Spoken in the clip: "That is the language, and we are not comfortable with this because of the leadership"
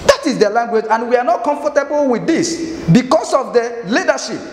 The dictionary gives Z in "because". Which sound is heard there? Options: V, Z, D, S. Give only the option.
S